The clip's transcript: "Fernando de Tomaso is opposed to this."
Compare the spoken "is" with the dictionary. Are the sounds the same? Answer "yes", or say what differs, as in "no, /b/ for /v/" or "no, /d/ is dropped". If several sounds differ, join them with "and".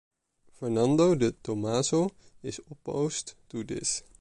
no, /s/ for /z/